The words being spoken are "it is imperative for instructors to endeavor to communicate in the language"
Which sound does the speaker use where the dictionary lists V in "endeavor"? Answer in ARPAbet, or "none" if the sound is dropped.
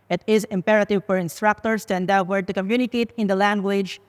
W